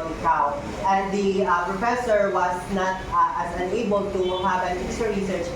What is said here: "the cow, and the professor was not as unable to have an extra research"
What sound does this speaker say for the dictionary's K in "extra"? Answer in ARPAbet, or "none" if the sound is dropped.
none